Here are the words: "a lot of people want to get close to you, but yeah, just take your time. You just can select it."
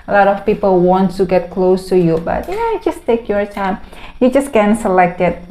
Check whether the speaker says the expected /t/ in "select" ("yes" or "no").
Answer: yes